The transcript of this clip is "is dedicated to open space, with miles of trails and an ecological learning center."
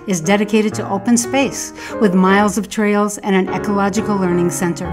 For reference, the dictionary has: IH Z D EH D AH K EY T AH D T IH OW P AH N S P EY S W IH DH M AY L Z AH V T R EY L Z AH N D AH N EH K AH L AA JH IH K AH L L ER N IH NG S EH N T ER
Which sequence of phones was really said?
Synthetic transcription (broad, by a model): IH Z D EH D AH K EY T AH D T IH OW P AH N S P EY S W IH DH M AY L Z AH V T R EY L Z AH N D AH N EH K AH L AA JH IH K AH L L ER N IH NG S EH N T ER